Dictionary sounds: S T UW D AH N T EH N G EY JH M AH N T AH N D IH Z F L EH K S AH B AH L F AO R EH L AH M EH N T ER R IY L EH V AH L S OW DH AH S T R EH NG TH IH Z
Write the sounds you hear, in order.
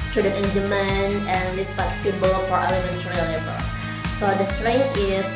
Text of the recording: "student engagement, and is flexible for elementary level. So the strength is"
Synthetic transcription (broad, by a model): S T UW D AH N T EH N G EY M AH N AH N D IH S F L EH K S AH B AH L F AO R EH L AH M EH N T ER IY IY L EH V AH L S OW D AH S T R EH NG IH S